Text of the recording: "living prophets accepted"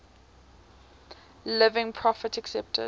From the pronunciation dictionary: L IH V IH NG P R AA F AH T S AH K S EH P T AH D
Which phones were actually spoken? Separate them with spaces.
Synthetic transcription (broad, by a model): L IH V IH NG P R AA F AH T AH K S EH P T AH